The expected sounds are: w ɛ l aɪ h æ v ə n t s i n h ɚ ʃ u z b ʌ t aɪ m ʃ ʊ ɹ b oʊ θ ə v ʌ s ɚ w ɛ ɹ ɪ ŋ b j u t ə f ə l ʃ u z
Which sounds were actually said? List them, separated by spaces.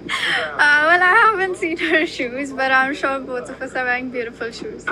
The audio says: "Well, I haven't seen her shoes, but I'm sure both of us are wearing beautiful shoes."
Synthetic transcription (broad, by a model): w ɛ l aɪ h æ v ə n t s i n h ɚ ʃ u z b ʌ t aɪ m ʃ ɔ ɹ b oʊ t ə f ʌ s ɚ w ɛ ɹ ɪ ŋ b j u t ə f ə l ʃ u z